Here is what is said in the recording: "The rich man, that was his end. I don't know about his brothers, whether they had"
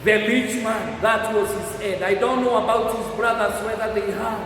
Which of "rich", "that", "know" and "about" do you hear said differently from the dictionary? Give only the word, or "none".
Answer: rich